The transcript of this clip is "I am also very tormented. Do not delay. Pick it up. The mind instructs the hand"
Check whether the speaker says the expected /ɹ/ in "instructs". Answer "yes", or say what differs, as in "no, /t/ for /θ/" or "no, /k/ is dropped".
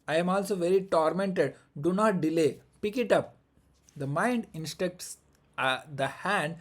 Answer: no, /ɹ/ is dropped